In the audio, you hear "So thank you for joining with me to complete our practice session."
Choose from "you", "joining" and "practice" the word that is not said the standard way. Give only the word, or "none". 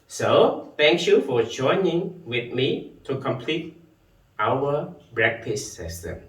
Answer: practice